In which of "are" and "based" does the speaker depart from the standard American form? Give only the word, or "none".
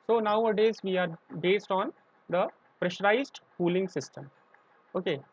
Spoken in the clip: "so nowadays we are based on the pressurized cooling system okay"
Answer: none